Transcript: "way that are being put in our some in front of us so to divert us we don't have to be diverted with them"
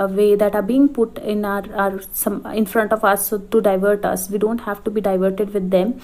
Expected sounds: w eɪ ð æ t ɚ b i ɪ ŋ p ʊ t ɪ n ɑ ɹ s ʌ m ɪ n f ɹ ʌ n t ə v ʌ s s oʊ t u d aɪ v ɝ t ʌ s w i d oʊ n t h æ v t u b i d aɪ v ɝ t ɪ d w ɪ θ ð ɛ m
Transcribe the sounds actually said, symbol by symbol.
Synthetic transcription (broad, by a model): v eɪ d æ t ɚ b i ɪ ŋ p ʊ t ɪ n ɑ ɹ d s ɪ n f ɹ ʌ n t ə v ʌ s s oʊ t u d aɪ v ɝ t ʌ s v i d oʊ n t h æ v t u b i d aɪ v ɝ t ɪ d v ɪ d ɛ m